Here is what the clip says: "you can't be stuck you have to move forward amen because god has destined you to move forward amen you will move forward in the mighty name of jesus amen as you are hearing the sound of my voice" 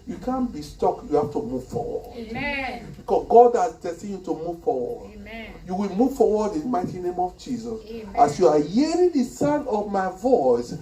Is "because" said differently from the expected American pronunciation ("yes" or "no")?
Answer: yes